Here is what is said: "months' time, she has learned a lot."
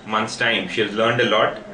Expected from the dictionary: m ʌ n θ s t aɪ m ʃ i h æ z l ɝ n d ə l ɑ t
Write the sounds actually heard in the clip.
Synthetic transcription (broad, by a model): m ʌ n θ s t aɪ m ʃ i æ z l ɝ n d ə l ɑ t